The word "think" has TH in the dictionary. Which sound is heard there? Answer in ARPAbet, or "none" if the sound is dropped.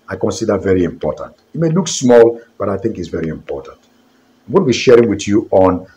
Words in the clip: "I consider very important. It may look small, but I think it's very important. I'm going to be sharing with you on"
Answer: TH